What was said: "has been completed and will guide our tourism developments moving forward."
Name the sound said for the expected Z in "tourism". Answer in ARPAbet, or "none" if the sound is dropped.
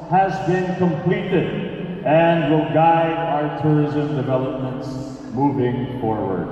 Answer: Z